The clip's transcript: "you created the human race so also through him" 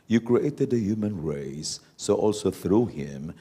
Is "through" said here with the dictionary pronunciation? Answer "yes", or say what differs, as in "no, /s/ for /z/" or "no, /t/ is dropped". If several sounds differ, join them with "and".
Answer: yes